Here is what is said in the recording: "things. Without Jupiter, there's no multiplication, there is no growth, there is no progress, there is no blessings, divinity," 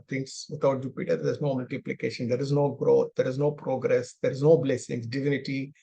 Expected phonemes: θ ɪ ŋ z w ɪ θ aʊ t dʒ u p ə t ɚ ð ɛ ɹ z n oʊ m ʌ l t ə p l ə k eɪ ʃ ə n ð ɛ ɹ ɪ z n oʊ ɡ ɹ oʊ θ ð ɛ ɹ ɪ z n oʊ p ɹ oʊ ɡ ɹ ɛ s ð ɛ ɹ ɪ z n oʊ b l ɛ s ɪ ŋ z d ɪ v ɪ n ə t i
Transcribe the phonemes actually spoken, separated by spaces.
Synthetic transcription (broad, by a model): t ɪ ŋ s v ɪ t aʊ t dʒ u p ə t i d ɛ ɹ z n oʊ m ʌ l t ə p l ə k eɪ ʃ ə n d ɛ ɹ ɪ z n oʊ ɡ ɹ oʊ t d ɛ ɹ ɪ z n oʊ p ɹ oʊ ɡ ɹ ɛ s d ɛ ɹ ɪ z n oʊ b l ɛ s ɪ ŋ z d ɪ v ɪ n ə t i